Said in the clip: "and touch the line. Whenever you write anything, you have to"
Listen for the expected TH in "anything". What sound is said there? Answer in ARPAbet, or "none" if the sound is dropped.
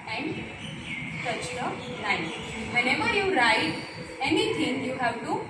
T